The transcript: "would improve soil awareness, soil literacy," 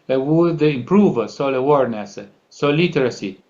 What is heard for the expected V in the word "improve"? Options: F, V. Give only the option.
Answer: V